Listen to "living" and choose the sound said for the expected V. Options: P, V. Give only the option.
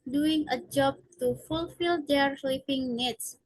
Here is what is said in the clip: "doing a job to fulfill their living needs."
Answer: P